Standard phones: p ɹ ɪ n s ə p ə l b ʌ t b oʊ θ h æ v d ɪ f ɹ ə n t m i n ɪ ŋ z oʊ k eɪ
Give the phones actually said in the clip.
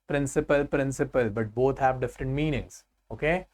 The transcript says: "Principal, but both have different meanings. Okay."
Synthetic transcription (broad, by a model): p ɹ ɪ n s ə p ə l b ʌ t b oʊ t h æ v d ɪ f ɹ ə n t m i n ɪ ŋ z oʊ k eɪ